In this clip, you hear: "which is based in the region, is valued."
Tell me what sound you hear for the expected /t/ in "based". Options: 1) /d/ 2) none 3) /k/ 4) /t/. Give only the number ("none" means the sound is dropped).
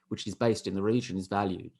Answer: 4